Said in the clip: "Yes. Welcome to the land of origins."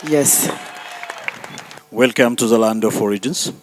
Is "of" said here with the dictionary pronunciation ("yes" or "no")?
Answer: no